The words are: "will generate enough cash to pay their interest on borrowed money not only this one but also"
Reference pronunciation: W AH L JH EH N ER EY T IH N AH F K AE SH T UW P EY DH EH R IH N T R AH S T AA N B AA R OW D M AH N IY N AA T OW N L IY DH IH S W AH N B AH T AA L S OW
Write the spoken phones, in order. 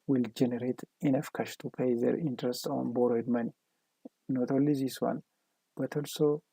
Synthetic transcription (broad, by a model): W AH L JH EH N ER EY T IH N AH F K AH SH T UW P EY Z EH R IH N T R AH S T AA N B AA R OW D M AH N IY N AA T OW L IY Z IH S W AH N B AH T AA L S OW